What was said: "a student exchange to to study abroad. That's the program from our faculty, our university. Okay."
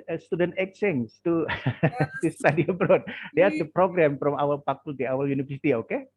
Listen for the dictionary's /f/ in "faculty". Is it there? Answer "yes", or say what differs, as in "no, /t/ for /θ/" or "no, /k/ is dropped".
no, /p/ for /f/